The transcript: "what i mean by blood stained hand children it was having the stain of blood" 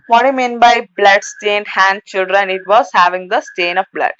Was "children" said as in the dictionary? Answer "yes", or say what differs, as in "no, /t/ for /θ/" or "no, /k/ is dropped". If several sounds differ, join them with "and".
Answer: yes